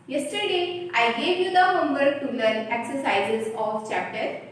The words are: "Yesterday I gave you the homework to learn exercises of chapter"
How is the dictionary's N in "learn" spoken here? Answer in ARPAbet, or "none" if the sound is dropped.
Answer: none